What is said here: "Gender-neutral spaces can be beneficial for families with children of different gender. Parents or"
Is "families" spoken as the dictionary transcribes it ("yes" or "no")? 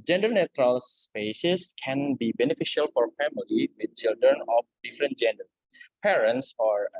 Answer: no